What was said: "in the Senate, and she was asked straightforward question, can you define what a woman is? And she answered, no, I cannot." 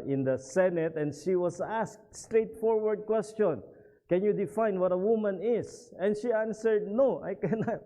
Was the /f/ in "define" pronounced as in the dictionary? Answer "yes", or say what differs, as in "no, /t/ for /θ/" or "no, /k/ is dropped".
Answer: yes